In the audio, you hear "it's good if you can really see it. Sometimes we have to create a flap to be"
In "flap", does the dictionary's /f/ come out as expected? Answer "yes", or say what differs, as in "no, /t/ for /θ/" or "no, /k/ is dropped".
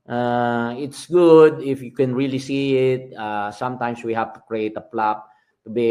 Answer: no, /p/ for /f/